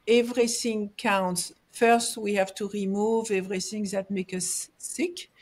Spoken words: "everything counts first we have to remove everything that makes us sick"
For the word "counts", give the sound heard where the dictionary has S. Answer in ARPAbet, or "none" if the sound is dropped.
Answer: S